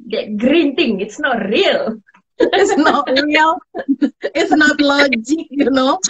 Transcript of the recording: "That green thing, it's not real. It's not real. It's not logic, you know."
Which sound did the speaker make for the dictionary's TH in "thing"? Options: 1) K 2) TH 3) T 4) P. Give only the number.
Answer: 3